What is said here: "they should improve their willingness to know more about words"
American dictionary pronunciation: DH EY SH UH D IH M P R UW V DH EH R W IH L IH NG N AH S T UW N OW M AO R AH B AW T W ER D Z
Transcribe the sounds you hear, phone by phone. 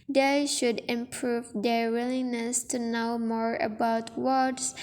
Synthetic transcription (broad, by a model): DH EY SH UH D IH M P R UW V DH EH R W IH L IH N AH S T UW N OW M AO R AH B AW T W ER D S